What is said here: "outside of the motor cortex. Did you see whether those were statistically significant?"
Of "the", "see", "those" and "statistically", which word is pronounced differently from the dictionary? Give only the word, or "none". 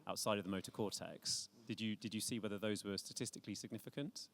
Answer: none